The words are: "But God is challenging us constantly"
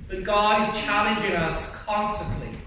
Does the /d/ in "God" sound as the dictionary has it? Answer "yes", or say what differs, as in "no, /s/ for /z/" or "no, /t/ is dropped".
no, /d/ is dropped